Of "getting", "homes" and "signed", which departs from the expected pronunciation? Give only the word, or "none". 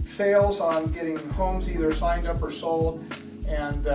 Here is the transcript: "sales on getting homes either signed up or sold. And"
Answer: none